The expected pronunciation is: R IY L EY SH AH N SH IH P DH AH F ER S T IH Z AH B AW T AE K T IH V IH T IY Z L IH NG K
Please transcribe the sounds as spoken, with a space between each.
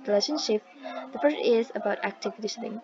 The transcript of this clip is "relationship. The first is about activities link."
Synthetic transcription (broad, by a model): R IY L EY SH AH N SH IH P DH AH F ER T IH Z AH B AW T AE K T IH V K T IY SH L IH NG